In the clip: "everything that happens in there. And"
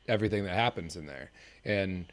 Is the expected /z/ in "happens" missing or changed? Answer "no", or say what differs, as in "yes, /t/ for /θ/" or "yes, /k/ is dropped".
no